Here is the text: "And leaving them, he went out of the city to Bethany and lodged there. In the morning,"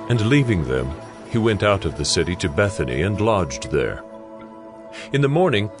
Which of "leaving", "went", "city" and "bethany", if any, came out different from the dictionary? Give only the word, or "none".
none